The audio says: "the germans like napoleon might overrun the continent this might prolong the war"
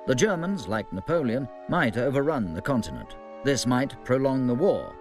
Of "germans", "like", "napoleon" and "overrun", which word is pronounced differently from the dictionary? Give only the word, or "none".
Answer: none